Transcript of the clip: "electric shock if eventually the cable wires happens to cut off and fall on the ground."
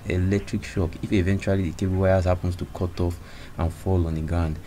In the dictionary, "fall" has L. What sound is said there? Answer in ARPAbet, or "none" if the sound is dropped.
L